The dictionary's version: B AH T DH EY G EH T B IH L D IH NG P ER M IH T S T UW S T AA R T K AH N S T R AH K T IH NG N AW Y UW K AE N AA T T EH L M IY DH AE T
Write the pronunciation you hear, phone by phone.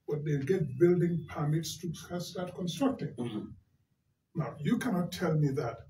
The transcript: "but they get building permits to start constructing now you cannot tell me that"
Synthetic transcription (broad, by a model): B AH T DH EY G EH T B IH L D IH NG P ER M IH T S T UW S T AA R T K AH N S T R AH K T IH NG N AW Y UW K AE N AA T T EH L M IY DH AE T